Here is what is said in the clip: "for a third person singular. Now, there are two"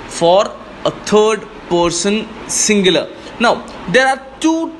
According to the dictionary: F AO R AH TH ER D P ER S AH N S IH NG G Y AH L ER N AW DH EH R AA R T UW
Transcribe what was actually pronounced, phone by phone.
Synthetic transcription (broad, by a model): F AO R AH T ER D P ER S AH N S IH NG G Y AH L ER N AW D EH R AA R T UW